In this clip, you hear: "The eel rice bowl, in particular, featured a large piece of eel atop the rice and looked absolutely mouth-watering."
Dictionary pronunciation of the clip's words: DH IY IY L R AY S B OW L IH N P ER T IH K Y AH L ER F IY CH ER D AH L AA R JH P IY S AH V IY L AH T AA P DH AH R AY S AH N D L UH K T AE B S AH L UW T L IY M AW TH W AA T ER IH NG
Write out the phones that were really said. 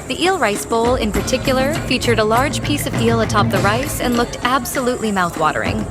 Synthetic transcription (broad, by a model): DH IY IY L R AY S B OW L IH N P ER T IH K Y L ER F IY CH ER D AH L AA R JH P IY S AH V IY L AH T AA P DH AH R AY S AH N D L UH K T AE B S AH L UW T L IY M AW TH W AA T ER IH NG